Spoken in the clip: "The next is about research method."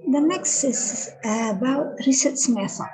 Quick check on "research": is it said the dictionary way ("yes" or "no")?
no